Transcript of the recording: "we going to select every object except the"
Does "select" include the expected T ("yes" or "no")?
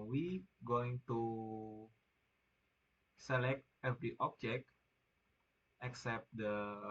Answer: yes